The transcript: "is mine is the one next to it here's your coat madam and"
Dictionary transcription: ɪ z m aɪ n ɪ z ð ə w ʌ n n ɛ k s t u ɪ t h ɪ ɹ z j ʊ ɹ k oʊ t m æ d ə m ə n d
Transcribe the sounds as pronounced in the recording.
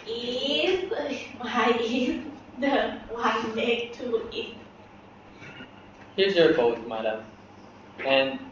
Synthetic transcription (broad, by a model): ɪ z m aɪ ɪ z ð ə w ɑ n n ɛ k t u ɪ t h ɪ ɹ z j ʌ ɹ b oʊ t m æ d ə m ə n